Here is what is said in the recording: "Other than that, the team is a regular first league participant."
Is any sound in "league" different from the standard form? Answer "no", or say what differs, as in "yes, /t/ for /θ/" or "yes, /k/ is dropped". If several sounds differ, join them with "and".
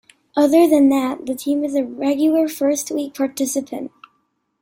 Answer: yes, /w/ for /l/